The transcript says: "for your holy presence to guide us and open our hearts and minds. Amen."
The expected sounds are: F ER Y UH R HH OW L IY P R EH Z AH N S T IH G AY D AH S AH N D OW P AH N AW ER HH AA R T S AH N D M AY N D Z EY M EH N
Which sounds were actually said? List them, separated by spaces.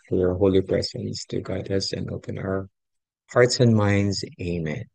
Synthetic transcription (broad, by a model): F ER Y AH R HH OW L IY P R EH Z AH N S T IH G AY D AH S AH N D OW P AH N AW ER HH AA R T S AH N M AY N D Z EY M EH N